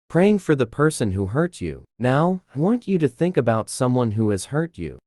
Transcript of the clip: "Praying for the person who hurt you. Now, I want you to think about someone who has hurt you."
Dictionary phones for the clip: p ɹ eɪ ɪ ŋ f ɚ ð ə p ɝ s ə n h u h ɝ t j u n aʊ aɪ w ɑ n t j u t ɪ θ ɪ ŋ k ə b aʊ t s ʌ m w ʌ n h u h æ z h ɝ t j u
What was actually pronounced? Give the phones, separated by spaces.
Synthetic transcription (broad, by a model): p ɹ eɪ ɪ ŋ f ɚ ð ə p ɝ s ə n h u h ɝ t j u n aʊ aɪ w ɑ n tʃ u t ɪ θ ɪ ŋ k ə b aʊ t s ʌ m w ʌ n h u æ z h ɝ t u